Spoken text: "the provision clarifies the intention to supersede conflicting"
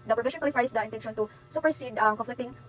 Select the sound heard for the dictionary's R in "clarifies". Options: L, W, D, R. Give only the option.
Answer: L